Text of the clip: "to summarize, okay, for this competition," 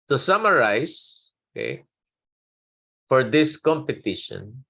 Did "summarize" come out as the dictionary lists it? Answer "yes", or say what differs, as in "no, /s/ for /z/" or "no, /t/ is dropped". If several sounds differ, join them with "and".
no, /s/ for /z/